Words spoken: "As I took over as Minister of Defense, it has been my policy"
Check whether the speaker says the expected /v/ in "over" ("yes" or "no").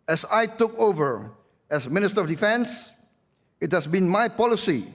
yes